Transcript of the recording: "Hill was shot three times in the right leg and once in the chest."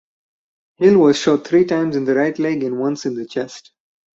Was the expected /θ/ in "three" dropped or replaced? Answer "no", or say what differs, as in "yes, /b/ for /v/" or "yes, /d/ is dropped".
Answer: yes, /t/ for /θ/